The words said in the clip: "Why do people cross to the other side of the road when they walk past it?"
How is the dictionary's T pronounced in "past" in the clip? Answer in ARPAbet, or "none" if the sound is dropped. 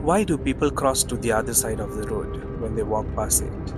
none